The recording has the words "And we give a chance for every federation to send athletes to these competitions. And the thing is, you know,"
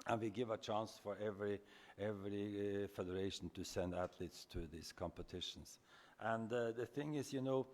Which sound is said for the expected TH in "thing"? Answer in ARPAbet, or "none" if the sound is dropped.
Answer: TH